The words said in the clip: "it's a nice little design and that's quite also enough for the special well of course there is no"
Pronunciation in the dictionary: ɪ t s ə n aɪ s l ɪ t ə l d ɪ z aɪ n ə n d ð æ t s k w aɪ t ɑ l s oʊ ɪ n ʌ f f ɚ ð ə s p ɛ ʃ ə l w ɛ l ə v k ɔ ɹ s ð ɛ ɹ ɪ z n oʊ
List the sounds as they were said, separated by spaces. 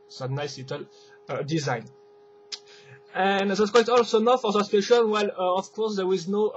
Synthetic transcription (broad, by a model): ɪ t n aɪ s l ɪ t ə l d ɪ z aɪ n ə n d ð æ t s k w aɪ t ɑ l s oʊ n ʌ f f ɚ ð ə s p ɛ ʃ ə n w ɛ l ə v k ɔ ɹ s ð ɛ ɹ ɪ z n oʊ